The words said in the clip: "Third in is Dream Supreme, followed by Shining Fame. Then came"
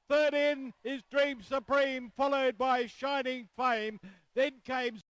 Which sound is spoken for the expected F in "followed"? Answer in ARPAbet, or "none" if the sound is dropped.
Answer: F